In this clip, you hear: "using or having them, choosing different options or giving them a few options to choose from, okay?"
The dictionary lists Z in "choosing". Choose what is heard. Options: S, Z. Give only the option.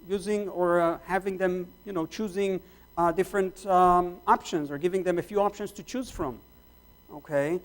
Z